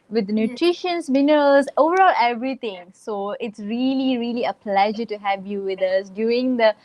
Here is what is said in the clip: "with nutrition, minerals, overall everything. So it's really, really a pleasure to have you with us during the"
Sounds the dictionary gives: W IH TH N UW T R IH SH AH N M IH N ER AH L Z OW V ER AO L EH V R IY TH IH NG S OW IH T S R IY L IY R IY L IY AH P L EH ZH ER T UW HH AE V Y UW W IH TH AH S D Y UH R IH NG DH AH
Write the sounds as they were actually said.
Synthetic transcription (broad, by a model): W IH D N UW T R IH SH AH N M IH N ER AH L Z OW V ER AO L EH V R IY T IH NG S OW IH T S R IY L IY R IY L IY AH P L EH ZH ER T UW HH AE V Y UW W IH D AH S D Y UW R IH NG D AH